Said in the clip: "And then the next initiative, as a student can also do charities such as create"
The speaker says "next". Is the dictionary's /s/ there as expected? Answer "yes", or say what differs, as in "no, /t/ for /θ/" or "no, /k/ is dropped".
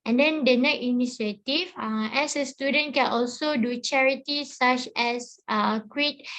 no, /s/ is dropped